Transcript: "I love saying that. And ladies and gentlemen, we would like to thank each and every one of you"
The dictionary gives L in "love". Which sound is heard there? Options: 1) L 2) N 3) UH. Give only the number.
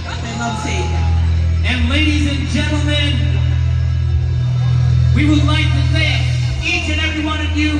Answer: 2